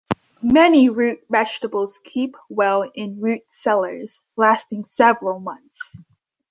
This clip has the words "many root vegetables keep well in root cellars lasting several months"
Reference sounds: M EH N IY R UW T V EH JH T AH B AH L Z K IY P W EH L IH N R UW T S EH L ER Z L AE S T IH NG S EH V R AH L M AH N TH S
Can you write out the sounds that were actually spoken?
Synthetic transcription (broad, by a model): M EH N IY R UW T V EH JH T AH B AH L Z K IY P W EH L IH N R UW T S EH L ER Z L AE S T IH NG S EH V R AH L M AH N TH S